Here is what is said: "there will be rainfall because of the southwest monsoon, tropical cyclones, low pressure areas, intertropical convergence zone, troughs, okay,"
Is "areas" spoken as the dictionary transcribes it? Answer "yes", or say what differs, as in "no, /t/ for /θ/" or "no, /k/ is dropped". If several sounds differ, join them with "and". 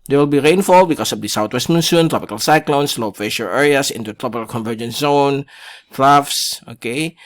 no, /s/ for /z/